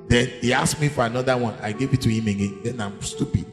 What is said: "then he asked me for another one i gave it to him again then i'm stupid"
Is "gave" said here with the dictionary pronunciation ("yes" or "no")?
yes